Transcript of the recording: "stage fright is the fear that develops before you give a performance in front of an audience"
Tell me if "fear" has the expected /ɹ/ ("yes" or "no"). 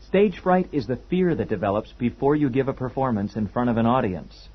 yes